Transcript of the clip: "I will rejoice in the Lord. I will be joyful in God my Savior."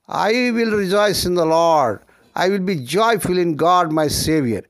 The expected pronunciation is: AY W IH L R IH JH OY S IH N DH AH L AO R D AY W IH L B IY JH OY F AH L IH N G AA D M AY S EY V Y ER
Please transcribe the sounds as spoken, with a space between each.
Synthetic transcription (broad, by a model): AY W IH L R IH JH OY S IH N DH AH L AO R D AY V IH L B IY JH OY F AH L IH N G AA D M AY S EY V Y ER